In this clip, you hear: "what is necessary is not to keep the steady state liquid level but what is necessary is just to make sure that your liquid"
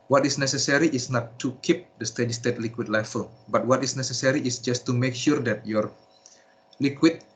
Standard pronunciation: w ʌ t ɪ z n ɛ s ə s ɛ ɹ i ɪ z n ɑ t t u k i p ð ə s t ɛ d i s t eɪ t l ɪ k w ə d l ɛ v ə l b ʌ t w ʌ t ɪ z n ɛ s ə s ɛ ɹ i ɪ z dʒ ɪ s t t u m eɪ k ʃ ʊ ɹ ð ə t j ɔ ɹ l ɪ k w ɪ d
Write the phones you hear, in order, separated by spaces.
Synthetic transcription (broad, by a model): w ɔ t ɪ s n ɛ s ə s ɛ ɹ i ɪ s n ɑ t t u k i p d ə s t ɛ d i s t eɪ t l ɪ k w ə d l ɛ f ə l b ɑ t w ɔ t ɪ s n ɛ s ə s ɛ ɹ i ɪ s dʒ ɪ s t t u m eɪ k ʃ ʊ ɹ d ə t j ɔ ɹ l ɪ k w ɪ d